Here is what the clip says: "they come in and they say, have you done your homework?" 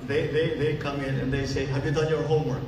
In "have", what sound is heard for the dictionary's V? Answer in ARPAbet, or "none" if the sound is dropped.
V